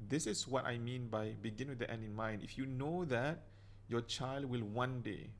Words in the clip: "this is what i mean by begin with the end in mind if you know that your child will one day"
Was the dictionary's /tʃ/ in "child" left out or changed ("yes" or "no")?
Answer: no